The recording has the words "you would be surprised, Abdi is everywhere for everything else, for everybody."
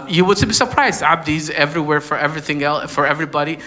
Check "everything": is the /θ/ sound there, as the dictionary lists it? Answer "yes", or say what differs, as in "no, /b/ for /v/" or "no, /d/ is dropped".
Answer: yes